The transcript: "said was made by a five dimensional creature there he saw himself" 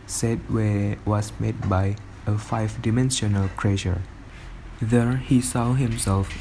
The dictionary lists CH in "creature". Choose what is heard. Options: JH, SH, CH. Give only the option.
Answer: SH